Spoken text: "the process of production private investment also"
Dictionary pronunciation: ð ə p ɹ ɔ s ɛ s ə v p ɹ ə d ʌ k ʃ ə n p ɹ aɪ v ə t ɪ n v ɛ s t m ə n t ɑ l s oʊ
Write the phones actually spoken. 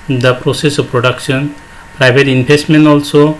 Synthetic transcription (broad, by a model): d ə p ɹ ɔ s ɛ s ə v p ɹ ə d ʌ k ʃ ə n p ɹ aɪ b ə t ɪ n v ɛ s t m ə n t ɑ l s oʊ